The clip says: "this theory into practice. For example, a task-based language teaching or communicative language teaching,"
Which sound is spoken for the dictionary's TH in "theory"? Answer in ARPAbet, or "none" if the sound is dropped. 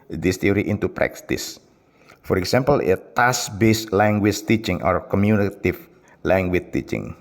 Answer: T